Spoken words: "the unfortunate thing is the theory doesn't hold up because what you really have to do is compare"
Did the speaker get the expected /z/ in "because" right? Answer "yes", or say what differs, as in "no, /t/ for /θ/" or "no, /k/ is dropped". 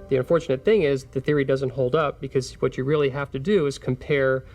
yes